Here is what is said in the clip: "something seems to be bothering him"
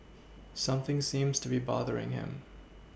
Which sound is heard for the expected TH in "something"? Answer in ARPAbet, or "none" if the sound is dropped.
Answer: TH